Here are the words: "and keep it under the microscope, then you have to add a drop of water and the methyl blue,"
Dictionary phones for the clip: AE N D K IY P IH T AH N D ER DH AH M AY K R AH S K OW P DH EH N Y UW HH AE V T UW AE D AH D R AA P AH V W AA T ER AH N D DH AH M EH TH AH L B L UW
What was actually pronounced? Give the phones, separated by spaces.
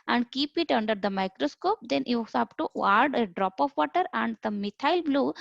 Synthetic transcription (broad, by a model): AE N D K IY P IH T AH N D ER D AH M AY K R AH S K OW P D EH N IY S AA P T UW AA D AH D R AA P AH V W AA T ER AH N D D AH M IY T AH L B L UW